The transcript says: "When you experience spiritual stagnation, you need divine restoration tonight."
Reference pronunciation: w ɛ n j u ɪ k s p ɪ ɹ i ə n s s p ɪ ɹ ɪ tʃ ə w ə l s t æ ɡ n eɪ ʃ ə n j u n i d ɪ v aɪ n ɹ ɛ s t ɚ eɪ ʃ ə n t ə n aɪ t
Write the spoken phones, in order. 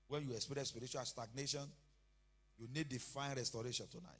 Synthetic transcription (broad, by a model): w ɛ n j u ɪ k s p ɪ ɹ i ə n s s p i ɹ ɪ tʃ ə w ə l s t æ ɡ n eɪ ʃ ə n j u n i d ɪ f aɪ n ɹ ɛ s t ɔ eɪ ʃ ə n t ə n aɪ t